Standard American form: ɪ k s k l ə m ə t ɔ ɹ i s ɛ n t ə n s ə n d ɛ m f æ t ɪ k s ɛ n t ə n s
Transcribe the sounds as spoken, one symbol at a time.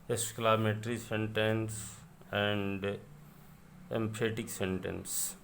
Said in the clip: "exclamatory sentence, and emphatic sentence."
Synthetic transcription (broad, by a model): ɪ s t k l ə m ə t ɹ i s ɛ n t ə n s ə n d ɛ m p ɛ t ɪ k s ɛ n t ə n s